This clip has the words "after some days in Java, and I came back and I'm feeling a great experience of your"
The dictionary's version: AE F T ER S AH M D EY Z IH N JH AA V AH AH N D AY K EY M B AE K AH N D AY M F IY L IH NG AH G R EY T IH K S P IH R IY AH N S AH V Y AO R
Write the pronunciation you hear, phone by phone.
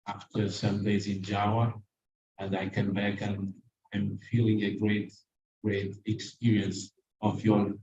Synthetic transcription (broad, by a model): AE F T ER S AH M D EY Z IH N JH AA W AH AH N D AY K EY M B AE K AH N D AY M F IY L IH NG AH G R EY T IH K S P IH R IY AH N S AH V Y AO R